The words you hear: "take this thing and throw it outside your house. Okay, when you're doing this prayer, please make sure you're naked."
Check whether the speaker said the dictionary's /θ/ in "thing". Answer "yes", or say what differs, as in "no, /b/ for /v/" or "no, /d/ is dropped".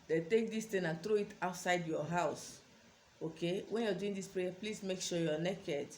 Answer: no, /t/ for /θ/